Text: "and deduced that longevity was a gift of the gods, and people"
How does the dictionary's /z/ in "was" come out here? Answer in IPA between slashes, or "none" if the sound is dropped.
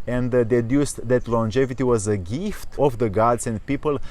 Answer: /z/